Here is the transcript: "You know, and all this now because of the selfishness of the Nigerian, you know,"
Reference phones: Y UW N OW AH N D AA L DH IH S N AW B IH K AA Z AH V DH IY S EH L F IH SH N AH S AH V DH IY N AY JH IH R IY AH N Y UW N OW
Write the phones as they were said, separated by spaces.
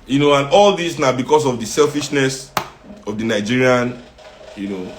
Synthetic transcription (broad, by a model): Y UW N OW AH N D AA L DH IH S N AW B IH K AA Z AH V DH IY S EH L F IH SH N AH S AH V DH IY N AY JH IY R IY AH N Y UW N OW